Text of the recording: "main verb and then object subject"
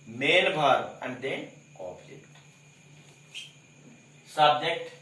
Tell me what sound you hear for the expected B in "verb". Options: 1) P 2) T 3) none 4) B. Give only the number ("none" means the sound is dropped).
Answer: 3